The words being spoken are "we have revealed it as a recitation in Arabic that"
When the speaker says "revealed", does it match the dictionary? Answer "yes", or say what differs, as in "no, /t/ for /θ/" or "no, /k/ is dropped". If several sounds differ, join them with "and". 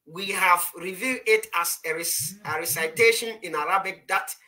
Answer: no, /l/ is dropped